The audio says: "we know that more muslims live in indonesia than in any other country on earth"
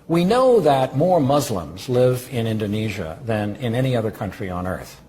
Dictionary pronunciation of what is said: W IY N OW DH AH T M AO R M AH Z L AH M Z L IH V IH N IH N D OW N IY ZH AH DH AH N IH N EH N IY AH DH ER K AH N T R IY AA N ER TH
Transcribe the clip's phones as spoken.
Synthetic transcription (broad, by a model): W IY N OW DH AH T M AO R M AH Z L AH M Z L IH V IH N IH N D OW N IY ZH AH DH AH N IH N EH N IY AH DH ER K AH N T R IY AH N ER TH